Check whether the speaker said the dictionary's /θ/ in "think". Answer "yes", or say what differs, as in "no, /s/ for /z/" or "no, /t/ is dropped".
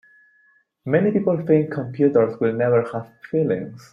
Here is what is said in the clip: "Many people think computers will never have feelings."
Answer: no, /f/ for /θ/